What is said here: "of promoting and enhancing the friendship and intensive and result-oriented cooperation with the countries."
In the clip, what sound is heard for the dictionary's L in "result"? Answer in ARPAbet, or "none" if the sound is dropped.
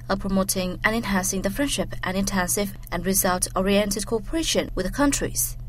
L